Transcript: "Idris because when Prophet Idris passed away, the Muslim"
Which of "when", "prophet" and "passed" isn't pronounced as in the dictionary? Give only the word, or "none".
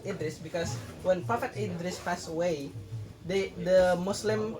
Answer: passed